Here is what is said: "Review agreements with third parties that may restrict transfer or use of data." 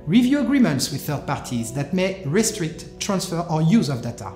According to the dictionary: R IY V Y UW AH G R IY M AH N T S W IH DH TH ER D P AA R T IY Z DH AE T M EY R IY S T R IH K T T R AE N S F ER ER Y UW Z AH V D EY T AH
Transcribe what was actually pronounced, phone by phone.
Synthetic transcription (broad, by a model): R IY V Y UW AH G R IY M AH N T S W IH DH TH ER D P AA R T IY Z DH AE T M EY R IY S T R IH K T T R AE N S F ER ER Y UW Z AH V D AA T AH